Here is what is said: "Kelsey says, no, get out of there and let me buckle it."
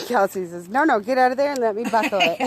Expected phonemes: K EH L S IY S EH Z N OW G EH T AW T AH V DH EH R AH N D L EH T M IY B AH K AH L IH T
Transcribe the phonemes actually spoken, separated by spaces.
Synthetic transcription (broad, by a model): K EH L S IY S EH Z N OW G EH T AW T AH V DH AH R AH N L EH T M IY B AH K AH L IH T